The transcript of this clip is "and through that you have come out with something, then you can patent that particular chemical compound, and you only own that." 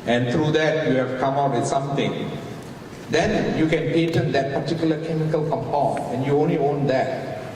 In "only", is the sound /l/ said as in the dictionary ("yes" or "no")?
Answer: yes